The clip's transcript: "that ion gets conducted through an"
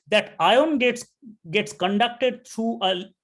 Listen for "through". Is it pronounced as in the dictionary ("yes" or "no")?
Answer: no